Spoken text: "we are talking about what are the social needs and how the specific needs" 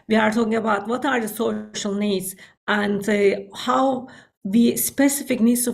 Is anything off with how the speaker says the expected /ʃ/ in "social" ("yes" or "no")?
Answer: no